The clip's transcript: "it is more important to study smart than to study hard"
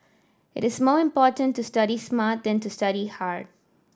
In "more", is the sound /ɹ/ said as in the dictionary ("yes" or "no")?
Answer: yes